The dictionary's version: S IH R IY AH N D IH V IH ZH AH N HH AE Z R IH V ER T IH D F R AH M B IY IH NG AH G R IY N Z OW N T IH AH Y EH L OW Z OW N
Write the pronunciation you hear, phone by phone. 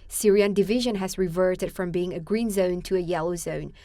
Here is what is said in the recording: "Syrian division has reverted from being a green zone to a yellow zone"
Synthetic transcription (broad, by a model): S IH R IY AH N D IH V IH ZH AH N HH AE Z R IH V ER T IH D F R AH M B IY IH NG AH G R IY N Z OW N T IH AH Y EH L OW Z OW N